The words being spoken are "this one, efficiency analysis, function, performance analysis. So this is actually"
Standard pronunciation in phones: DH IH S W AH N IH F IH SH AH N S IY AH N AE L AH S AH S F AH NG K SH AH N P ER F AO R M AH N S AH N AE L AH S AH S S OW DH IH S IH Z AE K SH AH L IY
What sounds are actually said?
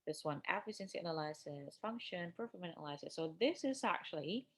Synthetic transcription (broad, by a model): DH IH S W AH N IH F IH S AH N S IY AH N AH L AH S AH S F AH NG K SH AH N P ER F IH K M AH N AH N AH L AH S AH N S OW DH IH S IH Z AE K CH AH L IY